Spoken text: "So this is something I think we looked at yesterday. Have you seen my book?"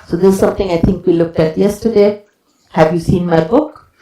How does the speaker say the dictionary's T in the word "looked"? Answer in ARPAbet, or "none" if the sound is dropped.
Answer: T